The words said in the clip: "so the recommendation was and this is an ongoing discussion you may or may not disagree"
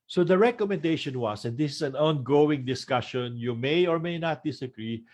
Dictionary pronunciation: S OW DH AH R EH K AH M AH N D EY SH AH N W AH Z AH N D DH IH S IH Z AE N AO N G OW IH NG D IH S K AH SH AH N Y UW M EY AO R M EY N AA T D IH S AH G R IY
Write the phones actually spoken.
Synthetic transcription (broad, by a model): S OW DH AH R EH K AH M AH N D EY SH AH N W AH S AH N D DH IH S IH S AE N AO N G OW IH NG D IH S K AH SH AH N Y UW M EY AO R M EY N AA T D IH S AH G R IY